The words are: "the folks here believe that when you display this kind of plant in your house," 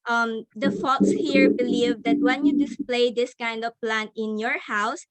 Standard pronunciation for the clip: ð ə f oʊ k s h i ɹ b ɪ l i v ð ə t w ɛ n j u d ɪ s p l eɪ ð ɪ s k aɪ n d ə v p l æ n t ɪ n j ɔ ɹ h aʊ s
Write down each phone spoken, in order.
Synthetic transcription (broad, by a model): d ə f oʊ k s h i ɹ b ɪ l i v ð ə t w ɛ n j u d ɪ s p l eɪ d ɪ s k aɪ n d ə v p l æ n ɪ n j ɔ ɹ h aʊ s